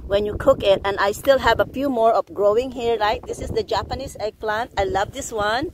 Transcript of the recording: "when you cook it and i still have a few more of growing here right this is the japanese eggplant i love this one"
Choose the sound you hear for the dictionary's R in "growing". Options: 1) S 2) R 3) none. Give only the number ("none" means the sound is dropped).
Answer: 2